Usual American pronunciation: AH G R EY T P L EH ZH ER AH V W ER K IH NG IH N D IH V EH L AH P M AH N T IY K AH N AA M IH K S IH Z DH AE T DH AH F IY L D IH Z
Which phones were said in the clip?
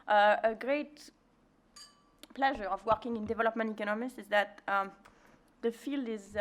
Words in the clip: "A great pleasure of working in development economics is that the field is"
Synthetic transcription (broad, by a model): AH G R EY T P L EH ZH ER AH V W ER K IH NG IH N D IH V EH L AH P M AH N T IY K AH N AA M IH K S IH Z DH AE T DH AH F IY L D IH Z